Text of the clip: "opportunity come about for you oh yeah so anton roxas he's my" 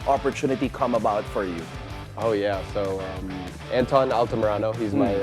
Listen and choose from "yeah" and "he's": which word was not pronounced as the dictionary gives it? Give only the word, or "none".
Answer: none